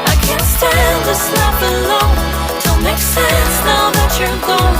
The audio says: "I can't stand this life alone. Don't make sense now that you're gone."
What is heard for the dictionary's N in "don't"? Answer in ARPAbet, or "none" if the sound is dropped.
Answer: L